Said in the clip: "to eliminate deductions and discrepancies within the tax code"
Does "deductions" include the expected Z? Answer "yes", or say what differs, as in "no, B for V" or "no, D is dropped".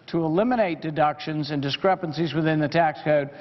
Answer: yes